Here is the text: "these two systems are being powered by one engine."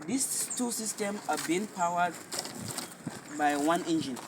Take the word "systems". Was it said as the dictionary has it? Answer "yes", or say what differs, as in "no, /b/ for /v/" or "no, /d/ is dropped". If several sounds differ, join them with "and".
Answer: no, /z/ is dropped